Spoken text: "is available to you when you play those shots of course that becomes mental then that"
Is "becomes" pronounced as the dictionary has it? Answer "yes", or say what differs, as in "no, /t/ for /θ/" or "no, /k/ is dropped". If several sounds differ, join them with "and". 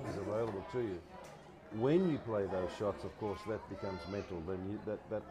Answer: yes